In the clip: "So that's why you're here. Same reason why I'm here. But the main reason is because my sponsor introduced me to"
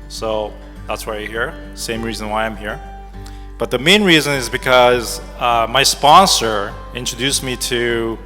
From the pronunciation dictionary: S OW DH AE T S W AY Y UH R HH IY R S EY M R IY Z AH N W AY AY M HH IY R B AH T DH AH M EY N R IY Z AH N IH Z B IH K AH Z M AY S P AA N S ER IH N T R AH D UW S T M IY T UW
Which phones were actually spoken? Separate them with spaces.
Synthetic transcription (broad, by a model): S OW DH AE T S W AY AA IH HH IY R S EY M R IY Z AH N W AY AY M HH IY R B AH T DH AH M EY N R IY Z AH N IH Z B IH K AH Z M AY S P AA N S ER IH N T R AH D UW S M IY T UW